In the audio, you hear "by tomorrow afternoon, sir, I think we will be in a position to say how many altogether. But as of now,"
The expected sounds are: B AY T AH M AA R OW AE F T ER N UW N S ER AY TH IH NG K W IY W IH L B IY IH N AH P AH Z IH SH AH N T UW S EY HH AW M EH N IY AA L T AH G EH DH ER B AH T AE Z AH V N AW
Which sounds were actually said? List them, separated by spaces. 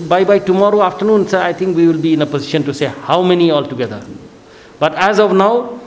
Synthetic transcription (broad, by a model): B AY T AH M AA R OW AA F T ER N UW N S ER AY T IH NG K W IY W IH L B IY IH N AH P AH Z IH SH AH N T UW S EY HH AW M EH N IY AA L T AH G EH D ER B AH T AE Z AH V N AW